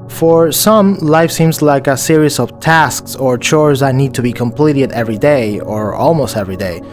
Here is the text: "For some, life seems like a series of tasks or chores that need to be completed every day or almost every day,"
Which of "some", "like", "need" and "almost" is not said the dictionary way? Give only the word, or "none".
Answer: none